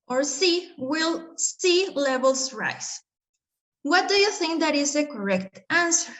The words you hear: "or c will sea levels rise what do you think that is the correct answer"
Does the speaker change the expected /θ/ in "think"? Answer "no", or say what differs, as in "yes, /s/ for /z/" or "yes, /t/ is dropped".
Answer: no